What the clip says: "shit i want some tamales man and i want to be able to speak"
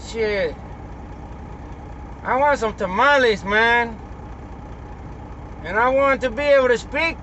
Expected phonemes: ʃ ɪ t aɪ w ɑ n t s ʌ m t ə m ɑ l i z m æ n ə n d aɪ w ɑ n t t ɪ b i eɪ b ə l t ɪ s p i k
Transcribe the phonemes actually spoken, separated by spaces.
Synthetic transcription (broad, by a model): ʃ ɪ t aɪ w ɑ n t s ʌ m t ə m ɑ l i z m æ n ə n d aɪ w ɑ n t t ɪ b i eɪ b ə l t ɪ s p i k